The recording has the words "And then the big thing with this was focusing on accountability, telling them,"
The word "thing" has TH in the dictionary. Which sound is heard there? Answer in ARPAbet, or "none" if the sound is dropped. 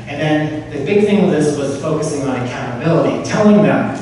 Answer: TH